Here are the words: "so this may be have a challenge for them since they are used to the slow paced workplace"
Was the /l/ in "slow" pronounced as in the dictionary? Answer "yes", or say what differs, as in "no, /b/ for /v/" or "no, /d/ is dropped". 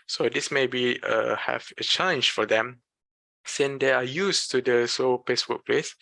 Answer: no, /l/ is dropped